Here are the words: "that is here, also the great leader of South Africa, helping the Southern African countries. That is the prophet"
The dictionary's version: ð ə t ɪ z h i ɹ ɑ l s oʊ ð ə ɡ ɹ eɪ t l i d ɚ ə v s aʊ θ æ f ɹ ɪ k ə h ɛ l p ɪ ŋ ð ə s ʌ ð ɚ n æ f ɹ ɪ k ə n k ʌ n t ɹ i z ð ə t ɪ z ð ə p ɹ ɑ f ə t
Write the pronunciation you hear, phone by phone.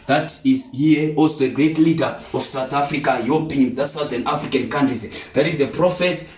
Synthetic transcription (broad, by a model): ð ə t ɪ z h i ɑ l s oʊ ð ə ɡ ɹ eɪ t l i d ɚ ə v s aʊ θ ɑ f ɹ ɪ k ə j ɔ p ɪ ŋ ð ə s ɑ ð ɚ n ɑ f ɹ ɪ k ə n k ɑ n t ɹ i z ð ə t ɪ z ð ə p ɹ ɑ f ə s